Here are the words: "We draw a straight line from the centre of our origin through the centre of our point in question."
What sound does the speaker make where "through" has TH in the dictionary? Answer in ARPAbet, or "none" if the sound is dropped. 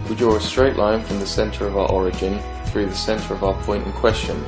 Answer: TH